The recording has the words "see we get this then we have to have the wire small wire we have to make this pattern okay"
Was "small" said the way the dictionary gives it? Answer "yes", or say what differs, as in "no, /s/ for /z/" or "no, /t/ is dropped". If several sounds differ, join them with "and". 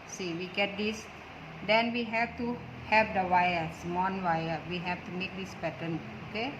no, /n/ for /l/